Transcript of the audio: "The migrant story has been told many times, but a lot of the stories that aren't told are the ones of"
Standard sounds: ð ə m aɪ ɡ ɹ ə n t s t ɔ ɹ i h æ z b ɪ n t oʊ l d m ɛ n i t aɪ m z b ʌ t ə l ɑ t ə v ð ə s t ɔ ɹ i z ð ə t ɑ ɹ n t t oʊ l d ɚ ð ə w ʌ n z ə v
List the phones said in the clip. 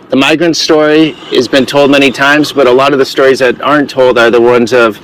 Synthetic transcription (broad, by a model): ð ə m aɪ ɡ ɹ ə n t s t ɔ ɹ i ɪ z b ɪ n t oʊ l d m ɛ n i t aɪ m z b ʌ t ə l ɑ t ə v ð ə s t ɔ ɹ i z ð ə t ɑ ɹ n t t oʊ l d ɚ ð ə w ʌ n z ə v